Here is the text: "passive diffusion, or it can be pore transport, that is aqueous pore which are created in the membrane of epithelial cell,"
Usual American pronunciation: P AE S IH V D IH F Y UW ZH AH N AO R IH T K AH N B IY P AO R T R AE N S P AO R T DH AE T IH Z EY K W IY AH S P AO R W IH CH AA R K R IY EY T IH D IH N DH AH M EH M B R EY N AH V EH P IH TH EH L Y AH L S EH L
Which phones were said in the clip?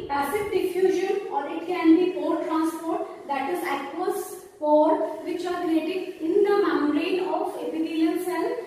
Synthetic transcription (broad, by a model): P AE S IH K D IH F Y UW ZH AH N AO R IH T K AH N B IY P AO R T R AE N S P AO R T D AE T IH Z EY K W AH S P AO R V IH CH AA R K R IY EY T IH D IH N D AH M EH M R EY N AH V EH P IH T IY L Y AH N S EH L